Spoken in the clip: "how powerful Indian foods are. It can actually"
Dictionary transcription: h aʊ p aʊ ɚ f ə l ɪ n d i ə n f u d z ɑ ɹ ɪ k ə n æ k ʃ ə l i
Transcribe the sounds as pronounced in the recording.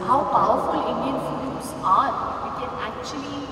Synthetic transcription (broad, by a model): h aʊ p aʊ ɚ f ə l ɪ n d i ə n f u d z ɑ w ɪ k ə n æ k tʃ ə l i